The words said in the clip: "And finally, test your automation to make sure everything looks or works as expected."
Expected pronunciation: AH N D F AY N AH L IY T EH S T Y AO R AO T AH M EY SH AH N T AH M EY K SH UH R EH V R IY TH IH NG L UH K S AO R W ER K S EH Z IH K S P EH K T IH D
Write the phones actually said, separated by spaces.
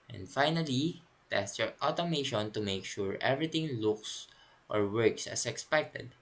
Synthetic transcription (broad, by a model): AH N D F AY N AH L IY T EH S T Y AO R AO T AH M EY SH AH N T AH M EY K SH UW R EH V R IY T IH NG L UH K S AO R W ER K S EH S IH K S P EH K T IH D